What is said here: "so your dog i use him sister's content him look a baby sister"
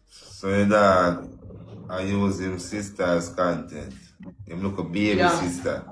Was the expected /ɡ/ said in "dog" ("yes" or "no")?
no